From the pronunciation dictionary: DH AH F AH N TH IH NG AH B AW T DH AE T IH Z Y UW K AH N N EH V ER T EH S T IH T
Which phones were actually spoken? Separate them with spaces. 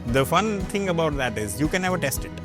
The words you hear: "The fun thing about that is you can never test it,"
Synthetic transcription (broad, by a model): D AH F AH N T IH NG AH B AW T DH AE T IH Z Y UW K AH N N EH V ER T EH S T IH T